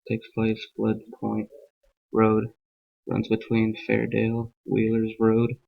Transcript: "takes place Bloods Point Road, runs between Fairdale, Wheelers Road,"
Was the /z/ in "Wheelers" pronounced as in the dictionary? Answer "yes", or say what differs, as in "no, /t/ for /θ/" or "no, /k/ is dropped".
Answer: yes